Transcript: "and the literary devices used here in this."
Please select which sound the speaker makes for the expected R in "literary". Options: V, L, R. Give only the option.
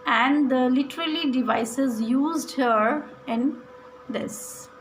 L